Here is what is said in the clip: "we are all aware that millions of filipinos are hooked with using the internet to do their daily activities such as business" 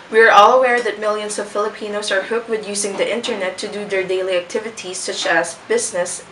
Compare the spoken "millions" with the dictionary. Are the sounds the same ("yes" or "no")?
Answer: no